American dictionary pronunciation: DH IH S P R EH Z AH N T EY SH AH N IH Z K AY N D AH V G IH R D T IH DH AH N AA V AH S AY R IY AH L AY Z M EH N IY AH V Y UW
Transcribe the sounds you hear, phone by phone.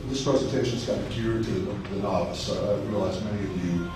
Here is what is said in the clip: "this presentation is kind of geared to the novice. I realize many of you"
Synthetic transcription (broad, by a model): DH IH S P R EH Z AH N T EY SH AH N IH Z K AY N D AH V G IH R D T IH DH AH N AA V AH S AY R IY AH L AY Z M EH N IY AH V Y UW